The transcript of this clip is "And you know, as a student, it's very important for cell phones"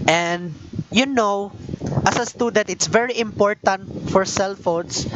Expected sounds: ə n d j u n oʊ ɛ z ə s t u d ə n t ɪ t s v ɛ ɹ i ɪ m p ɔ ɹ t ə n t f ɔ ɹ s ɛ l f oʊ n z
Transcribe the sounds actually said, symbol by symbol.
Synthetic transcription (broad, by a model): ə n d j u n oʊ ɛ s ə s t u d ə t ɪ t s v ɛ ɹ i ɪ m p ɔ ɹ t ə n t f ɔ ɹ s ɛ l f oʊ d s